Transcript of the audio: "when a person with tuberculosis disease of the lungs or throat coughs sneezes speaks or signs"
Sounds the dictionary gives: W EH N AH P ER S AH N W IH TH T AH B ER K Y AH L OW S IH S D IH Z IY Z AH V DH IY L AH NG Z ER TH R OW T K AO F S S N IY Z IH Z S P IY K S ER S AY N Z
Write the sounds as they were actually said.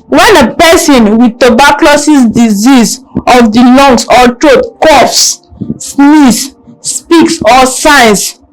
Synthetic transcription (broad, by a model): W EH N AH P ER S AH N W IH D T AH B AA K L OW S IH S D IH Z IY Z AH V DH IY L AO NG S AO T R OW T K AO F S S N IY S P IY K S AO S AY N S